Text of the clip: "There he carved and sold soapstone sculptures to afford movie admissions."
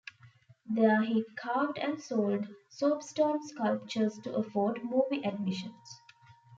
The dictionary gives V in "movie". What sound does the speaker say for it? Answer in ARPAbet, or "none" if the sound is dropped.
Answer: B